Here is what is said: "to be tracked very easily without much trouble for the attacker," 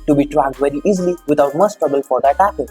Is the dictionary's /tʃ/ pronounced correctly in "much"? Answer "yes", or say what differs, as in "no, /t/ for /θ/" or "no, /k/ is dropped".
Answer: no, /s/ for /tʃ/